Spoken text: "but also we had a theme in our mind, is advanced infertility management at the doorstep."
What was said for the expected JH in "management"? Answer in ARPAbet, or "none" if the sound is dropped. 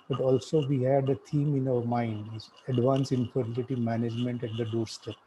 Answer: JH